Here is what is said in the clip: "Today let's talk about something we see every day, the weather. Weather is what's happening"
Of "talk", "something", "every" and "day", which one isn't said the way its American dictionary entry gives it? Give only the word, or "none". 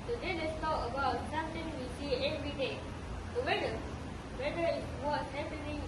something